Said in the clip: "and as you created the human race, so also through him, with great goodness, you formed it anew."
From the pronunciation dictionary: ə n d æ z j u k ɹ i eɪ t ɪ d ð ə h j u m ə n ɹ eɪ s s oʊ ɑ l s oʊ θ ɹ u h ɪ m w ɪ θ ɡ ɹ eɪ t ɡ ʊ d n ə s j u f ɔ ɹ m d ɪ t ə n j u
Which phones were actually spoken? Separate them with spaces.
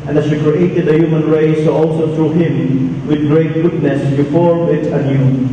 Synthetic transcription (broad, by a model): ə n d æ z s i k ɹ i eɪ t ɪ d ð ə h j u m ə n ɹ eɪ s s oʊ ɑ l s oʊ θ ɹ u h ɪ m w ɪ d ɡ ɹ eɪ t ɡ ʊ d n ə s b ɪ f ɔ ɹ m ɪ t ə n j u